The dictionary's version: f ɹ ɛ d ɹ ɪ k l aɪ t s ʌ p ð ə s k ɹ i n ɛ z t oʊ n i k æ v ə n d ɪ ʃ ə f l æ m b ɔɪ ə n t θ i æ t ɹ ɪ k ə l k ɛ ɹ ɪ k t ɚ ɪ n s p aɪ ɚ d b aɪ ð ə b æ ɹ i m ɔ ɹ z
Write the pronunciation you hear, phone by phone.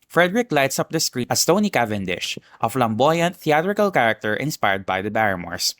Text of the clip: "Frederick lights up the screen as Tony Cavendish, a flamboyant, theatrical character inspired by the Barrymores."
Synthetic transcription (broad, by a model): f ɹ ɛ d ɹ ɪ k l aɪ t s ʌ p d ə s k ɹ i ʌ s t oʊ n i k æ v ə n d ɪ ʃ ə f l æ m b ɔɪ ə n t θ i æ t ɹ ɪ k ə l k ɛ ɹ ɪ k t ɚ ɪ n s p aɪ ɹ d b aɪ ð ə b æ ɹ m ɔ ɹ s